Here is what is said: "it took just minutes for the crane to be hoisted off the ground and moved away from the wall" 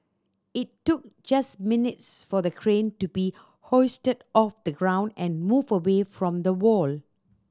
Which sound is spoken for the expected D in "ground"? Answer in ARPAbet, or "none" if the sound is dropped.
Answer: D